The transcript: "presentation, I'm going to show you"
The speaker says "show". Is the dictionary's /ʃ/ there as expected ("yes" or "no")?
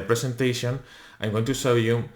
no